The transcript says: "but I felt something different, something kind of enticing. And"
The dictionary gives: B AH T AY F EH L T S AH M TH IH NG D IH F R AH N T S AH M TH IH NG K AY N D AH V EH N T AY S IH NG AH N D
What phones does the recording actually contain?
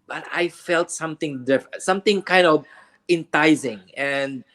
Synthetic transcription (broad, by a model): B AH T AY F EH L T S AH M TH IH NG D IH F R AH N S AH M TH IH NG K AY N D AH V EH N T AY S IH NG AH N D